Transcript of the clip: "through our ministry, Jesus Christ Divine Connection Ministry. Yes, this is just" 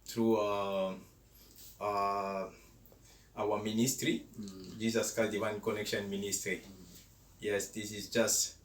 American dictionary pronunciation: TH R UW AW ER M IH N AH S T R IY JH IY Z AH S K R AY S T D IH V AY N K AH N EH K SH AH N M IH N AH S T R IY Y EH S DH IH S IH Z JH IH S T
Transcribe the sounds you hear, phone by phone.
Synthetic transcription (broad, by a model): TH R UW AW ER M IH N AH S T R IY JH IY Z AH S K AY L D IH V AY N K AH N EH K SH AH N M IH N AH S T R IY Y EH S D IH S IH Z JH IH S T